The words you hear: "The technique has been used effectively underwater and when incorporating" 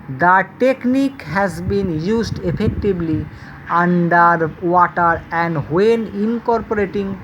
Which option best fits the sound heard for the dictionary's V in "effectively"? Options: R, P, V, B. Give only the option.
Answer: B